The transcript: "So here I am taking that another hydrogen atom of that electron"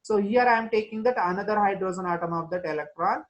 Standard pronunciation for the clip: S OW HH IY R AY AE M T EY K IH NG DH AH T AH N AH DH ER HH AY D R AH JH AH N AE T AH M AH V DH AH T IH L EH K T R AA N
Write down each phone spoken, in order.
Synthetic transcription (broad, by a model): S OW HH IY R AY M T EY K IH NG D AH T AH N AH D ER HH AY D R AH Z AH N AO T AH M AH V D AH T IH L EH K T R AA N